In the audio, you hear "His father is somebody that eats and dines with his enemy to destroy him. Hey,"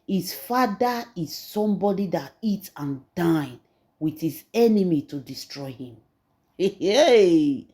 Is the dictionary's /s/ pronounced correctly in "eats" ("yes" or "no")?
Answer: no